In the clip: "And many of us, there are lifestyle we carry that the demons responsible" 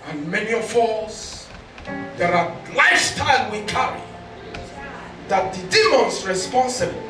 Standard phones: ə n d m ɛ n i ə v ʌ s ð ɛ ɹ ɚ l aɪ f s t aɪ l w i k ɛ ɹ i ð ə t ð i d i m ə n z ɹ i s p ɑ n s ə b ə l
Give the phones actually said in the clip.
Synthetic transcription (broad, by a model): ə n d m ɛ n i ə f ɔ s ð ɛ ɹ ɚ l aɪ s t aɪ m w i k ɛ ɹ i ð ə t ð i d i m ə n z ɹ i s p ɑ n s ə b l